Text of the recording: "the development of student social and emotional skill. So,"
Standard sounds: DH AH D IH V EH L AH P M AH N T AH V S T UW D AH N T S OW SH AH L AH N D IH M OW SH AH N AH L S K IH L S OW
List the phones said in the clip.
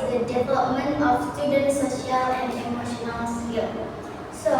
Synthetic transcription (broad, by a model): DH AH D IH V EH L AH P M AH N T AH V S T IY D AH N S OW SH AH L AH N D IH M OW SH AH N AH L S IH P S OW